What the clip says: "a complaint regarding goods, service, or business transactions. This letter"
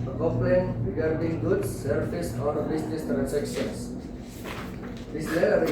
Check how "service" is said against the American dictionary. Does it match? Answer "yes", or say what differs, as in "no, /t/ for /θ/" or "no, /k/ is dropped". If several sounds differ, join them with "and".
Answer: no, /f/ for /v/